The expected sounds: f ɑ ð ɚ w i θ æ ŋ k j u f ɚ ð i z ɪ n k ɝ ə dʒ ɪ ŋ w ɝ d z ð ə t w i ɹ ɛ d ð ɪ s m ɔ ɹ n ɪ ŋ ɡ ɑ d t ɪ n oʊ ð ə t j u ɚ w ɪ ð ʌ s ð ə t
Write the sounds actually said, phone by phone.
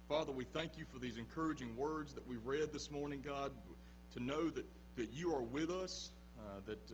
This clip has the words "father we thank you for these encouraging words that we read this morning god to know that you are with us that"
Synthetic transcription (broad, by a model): f ɑ ð ɚ w i θ æ ŋ k j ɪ f ɚ ð i z ɪ n k ɝ ə dʒ ɪ ŋ w ɝ d z ð ə t w i ɹ ɛ d ð ɪ s m ɔ ɹ n ɪ ŋ ɡ ɑ d t ɪ n oʊ ð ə t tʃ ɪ ɚ w ɪ ð ʌ s ð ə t